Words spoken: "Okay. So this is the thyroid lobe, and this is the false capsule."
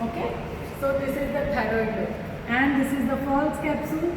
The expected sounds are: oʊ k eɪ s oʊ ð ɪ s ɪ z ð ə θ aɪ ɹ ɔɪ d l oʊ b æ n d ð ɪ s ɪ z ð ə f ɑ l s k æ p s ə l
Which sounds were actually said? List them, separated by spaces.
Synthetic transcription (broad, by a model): oʊ k eɪ s oʊ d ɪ s ɪ z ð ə t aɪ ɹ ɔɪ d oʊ æ n d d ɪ s ɪ z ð ə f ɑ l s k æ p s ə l